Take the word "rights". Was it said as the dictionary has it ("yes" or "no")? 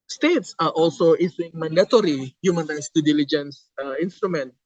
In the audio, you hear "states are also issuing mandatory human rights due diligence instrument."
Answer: yes